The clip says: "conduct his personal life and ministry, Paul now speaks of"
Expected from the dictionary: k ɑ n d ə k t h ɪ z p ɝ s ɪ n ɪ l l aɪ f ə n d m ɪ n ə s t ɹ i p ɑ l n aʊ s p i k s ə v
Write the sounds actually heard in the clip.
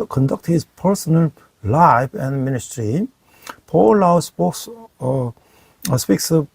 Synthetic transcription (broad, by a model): k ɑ n d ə k t h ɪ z p ɝ s ɪ n ɪ l l aɪ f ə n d m ɪ n ə s t ɹ i p ɑ l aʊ s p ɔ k s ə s